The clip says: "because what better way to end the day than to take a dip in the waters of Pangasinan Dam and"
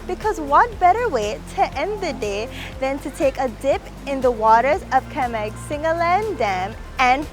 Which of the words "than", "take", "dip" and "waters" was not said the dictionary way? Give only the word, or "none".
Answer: none